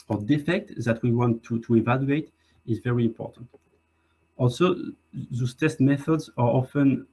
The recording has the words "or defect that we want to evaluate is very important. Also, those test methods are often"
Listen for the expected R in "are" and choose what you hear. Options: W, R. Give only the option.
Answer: R